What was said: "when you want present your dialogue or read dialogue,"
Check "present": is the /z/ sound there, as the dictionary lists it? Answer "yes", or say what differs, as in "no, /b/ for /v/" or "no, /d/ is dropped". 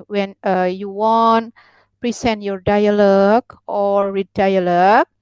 no, /s/ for /z/